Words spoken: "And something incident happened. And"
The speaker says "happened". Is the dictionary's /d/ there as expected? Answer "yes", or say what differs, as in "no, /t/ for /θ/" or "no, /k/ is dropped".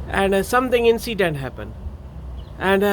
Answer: no, /d/ is dropped